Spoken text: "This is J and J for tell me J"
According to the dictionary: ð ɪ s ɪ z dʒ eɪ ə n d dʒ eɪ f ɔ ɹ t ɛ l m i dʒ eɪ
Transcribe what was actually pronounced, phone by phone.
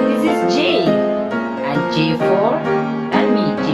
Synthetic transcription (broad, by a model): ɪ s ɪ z dʒ eɪ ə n dʒ eɪ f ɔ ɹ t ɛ n m i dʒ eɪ